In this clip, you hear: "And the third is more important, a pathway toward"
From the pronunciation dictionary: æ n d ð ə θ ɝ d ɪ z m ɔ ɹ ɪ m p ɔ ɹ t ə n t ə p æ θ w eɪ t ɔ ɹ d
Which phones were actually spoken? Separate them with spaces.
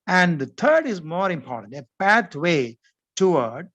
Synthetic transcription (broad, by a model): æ n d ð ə t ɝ d ɪ z m ɔ ɹ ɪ m p ɔ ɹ t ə n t ə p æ t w eɪ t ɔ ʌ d